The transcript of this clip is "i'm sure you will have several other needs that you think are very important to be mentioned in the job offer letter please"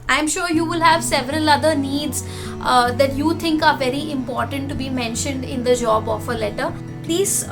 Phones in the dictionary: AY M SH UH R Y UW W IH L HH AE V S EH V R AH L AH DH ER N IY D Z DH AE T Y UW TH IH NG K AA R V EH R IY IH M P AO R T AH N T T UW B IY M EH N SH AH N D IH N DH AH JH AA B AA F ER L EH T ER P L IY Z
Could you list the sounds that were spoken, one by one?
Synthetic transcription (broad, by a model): AY M SH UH R Y UW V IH L HH AE V S EH V R AH L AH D ER N IY D Z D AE T Y UW T IH NG K AA R V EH R IY IH M P AO R T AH N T T UW B IY M EH N SH AH N D IH N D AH JH AA B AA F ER L EH T ER P L IY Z